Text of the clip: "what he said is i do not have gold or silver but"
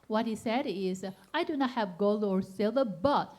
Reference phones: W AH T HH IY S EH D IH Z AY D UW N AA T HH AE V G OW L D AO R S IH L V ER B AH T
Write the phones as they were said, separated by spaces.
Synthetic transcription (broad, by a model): W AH T HH IY S EH D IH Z AY D UW N AA T HH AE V G OW L D AO R S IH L ER B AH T